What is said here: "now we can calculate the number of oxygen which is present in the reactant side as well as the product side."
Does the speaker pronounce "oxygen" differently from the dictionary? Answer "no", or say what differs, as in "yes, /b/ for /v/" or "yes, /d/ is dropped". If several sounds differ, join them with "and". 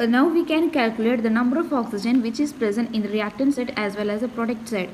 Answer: no